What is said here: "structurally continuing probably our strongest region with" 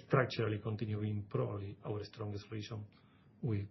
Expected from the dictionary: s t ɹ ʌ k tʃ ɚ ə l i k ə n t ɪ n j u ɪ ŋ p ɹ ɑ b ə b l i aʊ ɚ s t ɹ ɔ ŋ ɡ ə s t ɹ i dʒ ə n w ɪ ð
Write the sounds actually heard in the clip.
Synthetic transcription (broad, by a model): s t ɹ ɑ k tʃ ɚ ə l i k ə n t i n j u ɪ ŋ p ɹ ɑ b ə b l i aʊ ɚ s t ɹ ɔ ŋ ɡ ə s t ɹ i ʃ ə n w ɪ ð